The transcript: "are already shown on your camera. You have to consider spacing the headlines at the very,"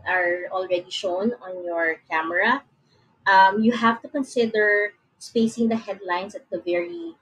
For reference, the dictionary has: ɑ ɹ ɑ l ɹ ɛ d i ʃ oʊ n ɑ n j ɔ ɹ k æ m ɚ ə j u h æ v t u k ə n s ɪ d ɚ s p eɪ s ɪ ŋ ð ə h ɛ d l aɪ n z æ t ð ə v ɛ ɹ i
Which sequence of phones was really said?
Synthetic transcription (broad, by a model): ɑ ɹ ɑ l ɹ ɛ d i ʃ oʊ n ɑ n j ɔ ɹ k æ m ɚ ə j u h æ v t u k ə n s ɪ d ɚ s p eɪ s ɪ ŋ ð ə h ɛ d l aɪ n s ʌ t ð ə v ɛ ɹ i